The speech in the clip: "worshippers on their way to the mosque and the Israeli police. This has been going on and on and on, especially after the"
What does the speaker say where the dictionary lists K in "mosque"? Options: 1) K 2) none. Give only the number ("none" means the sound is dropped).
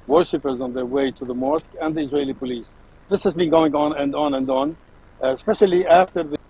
1